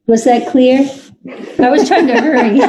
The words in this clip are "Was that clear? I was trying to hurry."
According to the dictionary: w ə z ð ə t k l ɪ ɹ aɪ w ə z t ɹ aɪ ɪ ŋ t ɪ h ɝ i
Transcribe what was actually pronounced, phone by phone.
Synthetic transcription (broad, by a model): w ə z ð ə t k l ɪ ɹ aɪ w ə z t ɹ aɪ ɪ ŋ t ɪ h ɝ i